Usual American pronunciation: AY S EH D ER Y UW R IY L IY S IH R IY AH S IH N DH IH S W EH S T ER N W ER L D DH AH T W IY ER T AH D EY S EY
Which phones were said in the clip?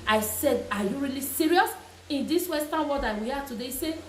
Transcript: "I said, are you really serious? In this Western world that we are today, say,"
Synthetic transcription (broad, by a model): AY S EH D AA Y UW R IY L IY S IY R IY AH S IH N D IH S W EH S T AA N W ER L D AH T W IY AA T AH D EY S EY